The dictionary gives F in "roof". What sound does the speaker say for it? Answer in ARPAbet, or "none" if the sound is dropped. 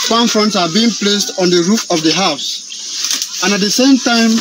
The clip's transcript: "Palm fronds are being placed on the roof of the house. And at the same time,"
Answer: F